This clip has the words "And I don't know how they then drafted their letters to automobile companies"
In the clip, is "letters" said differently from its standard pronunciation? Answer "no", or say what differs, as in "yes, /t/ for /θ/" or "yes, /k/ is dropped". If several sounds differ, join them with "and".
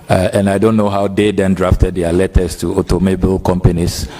yes, /s/ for /z/